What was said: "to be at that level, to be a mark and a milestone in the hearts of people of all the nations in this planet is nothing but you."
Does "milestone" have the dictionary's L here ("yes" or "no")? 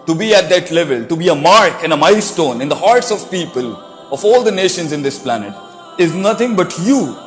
no